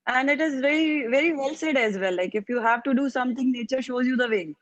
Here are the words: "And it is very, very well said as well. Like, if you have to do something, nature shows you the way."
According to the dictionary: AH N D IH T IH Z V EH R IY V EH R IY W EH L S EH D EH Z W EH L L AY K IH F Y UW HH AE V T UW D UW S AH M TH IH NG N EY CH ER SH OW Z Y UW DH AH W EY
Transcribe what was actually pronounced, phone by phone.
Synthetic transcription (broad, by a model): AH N D IH T IH Z V EH R IY V EH R IY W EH L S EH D EH Z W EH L L AY K IH F Y UW HH AE V T UW D UW S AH M T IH NG N EY CH ER SH OW Z Y UW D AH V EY